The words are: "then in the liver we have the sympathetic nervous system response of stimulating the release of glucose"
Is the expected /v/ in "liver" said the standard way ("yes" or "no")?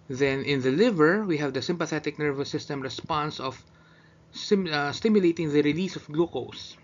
yes